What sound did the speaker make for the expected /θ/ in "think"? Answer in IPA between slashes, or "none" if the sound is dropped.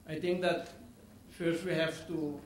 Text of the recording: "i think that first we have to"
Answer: /t/